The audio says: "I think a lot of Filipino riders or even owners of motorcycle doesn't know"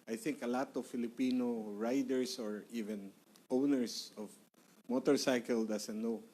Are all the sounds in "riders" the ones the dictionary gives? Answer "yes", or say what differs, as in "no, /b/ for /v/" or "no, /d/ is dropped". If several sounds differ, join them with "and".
no, /s/ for /z/